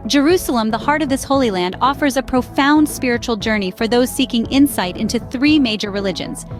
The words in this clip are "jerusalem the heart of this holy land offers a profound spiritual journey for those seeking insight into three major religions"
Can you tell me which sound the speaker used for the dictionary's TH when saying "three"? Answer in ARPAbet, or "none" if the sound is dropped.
TH